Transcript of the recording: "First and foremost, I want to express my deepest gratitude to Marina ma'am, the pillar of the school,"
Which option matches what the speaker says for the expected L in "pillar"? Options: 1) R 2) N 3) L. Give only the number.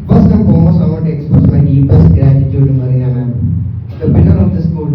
2